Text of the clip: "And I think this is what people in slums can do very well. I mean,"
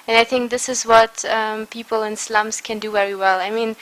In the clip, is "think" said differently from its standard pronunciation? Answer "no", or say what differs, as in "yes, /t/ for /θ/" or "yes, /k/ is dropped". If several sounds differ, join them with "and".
no